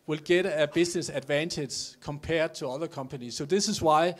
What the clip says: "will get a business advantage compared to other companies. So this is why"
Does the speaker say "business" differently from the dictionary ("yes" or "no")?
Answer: yes